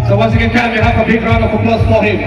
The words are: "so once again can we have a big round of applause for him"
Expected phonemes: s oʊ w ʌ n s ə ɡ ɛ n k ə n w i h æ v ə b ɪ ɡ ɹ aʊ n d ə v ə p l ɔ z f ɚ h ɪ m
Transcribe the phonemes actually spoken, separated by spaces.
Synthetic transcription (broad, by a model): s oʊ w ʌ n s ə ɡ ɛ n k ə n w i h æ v ə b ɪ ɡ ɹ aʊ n ə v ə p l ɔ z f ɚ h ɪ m